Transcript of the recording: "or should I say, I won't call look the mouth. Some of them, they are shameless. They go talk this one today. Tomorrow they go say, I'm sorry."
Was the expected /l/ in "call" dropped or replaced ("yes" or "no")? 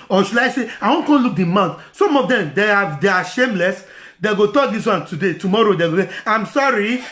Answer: yes